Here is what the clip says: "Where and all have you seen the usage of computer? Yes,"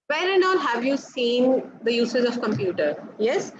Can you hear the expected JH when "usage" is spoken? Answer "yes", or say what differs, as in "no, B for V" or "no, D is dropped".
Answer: no, Z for JH